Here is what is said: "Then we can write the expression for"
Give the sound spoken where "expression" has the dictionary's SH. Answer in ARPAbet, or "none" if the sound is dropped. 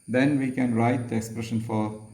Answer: SH